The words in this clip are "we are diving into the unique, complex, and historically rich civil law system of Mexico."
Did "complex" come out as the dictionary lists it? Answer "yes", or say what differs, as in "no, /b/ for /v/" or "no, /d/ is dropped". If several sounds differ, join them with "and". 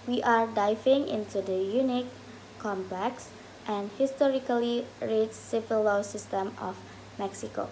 no, /l/ is dropped